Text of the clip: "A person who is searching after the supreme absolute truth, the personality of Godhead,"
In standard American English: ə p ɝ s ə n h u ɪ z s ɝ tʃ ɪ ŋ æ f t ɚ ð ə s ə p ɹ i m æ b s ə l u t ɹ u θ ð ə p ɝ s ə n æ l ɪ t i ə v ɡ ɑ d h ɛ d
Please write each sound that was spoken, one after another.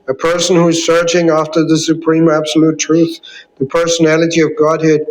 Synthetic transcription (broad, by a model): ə p ɝ s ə n h u ɪ z s ɝ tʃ ɪ ŋ æ f t ɚ ð ə s ə p ɹ i m æ b s ə l u t ɹ u θ ð ə p ɝ s ə n æ l ɪ t i ə v ɡ ɑ d h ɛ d